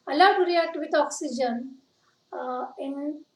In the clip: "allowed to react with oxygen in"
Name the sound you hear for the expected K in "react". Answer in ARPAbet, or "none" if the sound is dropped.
none